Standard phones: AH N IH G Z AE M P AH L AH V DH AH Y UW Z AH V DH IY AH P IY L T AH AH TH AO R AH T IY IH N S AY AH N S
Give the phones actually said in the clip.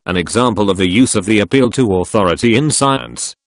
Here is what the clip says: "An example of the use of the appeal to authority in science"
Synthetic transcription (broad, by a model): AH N IH G Z AE M P AH L AH V DH AH Y UW Z AH V DH IY AH P IY L T AH AH TH AO R AH T IY IH N S AY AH N S